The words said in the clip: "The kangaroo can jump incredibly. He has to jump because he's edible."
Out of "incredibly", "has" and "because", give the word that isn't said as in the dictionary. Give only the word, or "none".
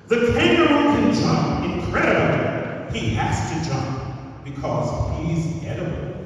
has